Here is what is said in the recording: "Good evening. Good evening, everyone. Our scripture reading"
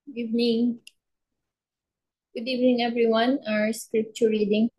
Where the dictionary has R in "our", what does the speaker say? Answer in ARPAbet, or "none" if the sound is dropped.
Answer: R